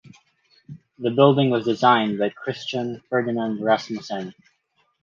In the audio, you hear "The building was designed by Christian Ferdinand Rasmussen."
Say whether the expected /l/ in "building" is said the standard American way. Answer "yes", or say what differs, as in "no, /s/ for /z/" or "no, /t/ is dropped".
yes